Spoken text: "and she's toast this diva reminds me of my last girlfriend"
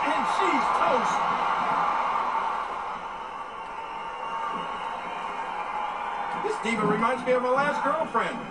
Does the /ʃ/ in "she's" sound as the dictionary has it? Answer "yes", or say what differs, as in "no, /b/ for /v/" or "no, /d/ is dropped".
yes